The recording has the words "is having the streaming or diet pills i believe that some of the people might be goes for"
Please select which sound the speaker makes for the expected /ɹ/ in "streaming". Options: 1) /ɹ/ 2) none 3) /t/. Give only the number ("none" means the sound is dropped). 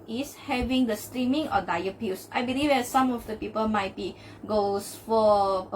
1